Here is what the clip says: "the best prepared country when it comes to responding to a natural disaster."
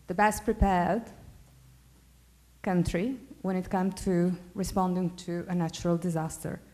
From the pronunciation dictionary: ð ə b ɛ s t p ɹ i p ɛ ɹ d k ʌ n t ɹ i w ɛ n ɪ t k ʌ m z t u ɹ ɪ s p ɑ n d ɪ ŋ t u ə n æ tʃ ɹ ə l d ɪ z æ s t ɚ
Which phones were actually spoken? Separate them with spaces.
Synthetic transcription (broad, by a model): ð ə b ɛ s t p ɹ i p ɛ ɹ d k ʌ n t ɹ i w ɛ n ɪ t k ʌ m t u ɹ ɪ s p ɑ n d ɪ ŋ t u ə n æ tʃ ɹ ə l d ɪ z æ s t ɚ